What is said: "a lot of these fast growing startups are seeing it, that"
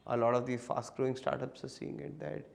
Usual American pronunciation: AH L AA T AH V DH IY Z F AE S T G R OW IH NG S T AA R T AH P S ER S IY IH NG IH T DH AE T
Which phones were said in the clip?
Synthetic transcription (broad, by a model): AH L AA T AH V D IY F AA S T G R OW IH NG S T AA R T AH P S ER S IY IH NG IH T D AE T